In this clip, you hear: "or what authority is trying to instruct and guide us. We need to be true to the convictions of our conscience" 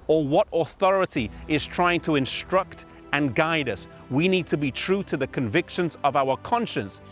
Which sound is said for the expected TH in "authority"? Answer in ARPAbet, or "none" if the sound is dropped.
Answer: TH